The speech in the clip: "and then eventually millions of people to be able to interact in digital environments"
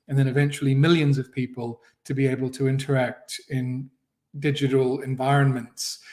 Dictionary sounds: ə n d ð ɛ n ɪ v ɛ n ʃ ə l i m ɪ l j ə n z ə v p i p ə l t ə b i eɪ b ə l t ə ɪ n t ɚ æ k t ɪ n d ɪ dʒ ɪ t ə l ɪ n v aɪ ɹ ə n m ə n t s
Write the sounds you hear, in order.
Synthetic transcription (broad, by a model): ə n ð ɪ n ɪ v ɛ n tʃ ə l i m ɪ l j ə n z ə v p i p ə l t ə b i eɪ b ə l t ə ɪ n t ɚ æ k t ɪ n d ɪ dʒ ɪ t ə l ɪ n v aɪ ɹ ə n m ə n t s